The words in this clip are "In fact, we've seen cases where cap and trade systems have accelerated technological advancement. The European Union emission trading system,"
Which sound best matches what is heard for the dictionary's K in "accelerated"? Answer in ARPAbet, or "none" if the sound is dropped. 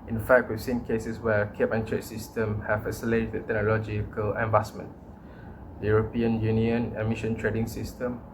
none